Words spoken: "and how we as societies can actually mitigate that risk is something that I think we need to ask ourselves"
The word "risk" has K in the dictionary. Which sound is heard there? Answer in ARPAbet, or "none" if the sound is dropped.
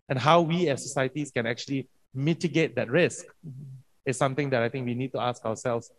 K